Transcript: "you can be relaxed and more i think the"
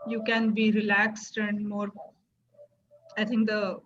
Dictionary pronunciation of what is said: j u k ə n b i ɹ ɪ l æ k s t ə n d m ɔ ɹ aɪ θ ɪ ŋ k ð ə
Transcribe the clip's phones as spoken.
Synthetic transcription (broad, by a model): j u k ə n b i ɹ ɪ l æ k s t ə n d m ɔ ɹ aɪ t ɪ ŋ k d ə